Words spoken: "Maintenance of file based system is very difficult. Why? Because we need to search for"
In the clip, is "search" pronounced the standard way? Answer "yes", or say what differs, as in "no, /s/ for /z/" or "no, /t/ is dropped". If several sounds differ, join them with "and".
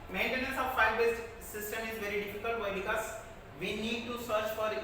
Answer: yes